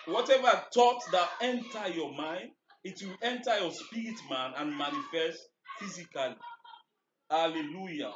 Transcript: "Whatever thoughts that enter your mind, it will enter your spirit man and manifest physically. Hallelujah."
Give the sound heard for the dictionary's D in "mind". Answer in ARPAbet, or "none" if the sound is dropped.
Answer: D